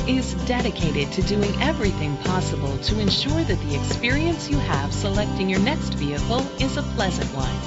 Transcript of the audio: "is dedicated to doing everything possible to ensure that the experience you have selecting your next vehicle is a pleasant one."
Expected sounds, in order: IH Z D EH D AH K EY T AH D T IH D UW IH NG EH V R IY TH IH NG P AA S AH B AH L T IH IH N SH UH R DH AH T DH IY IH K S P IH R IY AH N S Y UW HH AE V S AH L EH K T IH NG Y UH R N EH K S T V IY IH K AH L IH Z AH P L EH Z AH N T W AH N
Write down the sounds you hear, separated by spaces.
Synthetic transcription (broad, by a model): IH Z D EH D AH K EY T AH D T IH D UW IH NG EH V R IY TH IH NG P AA S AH B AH L T IH IH N SH UH R DH AH T DH IY IH K S P IH R IY AH N S Y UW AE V S AH L EH K T IH NG Y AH R N EH K S T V IY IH K L IH Z AH P L EH Z AH N T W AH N